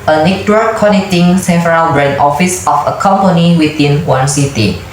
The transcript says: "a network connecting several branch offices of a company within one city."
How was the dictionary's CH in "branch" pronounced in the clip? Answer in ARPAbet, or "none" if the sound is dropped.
none